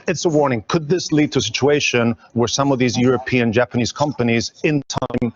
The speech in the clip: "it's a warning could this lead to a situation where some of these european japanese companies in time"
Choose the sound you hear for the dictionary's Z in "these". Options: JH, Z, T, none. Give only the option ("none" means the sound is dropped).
Z